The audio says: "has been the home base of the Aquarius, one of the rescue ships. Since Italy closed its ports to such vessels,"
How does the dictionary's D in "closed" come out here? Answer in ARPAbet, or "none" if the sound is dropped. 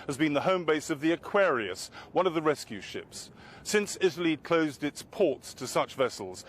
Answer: D